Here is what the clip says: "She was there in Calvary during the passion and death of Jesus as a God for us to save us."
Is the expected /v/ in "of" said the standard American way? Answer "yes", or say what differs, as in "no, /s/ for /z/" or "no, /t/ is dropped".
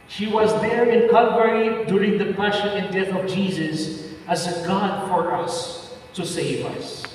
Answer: yes